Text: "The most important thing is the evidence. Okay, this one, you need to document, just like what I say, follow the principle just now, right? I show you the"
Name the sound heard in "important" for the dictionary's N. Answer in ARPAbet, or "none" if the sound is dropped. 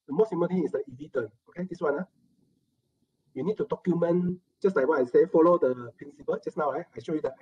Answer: L